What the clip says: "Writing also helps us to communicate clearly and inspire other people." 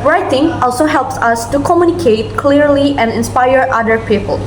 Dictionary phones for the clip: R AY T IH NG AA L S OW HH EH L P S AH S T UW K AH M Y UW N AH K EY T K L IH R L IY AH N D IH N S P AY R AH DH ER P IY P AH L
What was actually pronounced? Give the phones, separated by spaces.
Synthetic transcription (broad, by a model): R AY T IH NG AA L S OW HH EH L P S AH S T UW K AH M Y UW N AH K EY T K L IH R L IY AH N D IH N S P AY R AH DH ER P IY P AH L